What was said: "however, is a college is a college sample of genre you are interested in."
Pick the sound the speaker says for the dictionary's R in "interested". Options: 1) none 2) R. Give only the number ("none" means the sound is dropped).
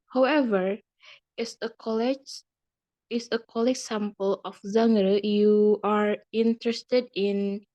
2